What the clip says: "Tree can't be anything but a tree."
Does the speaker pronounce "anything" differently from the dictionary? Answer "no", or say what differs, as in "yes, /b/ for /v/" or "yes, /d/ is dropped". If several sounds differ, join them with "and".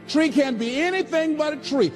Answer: no